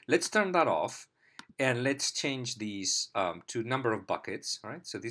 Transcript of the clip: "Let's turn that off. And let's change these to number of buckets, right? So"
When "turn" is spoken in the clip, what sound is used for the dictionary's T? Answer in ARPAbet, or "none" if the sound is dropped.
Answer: T